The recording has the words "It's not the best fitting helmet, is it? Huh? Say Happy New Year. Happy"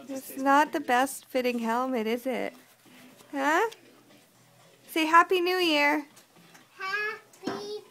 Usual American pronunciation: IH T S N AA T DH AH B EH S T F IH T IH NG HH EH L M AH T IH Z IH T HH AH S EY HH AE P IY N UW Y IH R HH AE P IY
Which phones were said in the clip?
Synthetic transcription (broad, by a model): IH T S N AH T DH AH B EH S T F IH T IH NG HH EH L M AH T IH Z IH T HH AH S EY HH AE P IY N UW Y IH R HH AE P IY